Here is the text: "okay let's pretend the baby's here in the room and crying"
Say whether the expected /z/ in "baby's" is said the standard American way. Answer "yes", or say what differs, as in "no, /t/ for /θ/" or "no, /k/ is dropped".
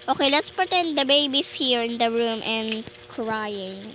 no, /s/ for /z/